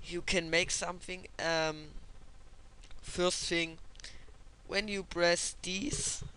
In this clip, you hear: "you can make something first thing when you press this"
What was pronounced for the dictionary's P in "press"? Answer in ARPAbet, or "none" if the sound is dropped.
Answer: B